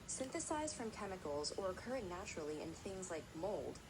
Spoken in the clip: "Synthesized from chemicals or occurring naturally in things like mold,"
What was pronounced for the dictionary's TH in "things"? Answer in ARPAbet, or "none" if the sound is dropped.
TH